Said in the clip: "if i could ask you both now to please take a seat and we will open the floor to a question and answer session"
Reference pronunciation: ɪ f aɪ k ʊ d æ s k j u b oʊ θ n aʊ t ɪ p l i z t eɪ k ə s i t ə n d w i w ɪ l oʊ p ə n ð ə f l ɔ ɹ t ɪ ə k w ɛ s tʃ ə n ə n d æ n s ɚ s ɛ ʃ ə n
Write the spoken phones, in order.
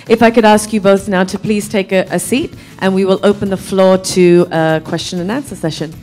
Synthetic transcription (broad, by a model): ɪ f aɪ k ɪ d æ s k j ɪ b oʊ θ n aʊ t ɪ p l i z t eɪ k ə s i t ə n w i w ɪ l oʊ p ə n ð ə f l ɔ ɹ t ɪ ə k w ɛ s tʃ ə n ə n æ n s ɚ s ɛ ʃ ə n